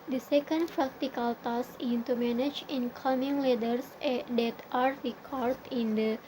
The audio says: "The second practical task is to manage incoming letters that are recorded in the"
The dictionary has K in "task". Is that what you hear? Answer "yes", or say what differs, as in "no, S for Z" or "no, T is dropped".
no, K is dropped